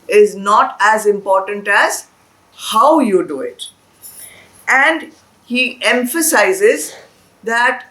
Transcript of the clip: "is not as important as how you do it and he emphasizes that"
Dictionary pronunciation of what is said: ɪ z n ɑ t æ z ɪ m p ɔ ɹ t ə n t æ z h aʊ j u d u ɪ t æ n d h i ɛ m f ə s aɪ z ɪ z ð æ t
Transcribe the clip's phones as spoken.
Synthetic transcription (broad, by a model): ɪ z n ɑ t æ z ɪ m p ɔ ɹ t ə n t æ z h aʊ j u d u ɪ t æ n d h i ɛ m f ə s aɪ z ɪ z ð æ t